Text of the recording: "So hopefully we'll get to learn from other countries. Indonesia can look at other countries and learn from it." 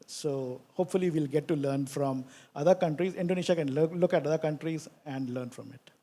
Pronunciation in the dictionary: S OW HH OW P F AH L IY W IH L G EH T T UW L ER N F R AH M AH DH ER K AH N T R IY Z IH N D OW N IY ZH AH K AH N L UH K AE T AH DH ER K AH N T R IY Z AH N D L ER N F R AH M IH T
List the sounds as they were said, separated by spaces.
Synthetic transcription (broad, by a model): S OW HH OW P F AH L IY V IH L G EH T T UW L ER N F R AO M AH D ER K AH N T R IY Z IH N D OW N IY SH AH K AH N L UH K AE T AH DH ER K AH N T R IY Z AH N D L ER N F R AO M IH T